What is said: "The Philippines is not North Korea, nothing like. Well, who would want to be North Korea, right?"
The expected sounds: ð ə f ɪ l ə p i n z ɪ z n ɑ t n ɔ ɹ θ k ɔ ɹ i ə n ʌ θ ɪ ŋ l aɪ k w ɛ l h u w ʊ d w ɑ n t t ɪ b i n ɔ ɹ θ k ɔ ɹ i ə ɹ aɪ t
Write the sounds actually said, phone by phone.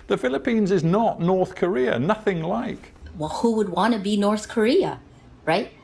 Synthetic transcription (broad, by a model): ð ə f ɪ l ə p i n z ɪ z n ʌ t n ɔ ɹ θ k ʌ ɹ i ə n ʌ θ ɪ ŋ l aɪ k w ɛ l h u w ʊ d w ɑ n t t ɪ b i n ɔ ɹ θ k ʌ ɹ i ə ɹ aɪ t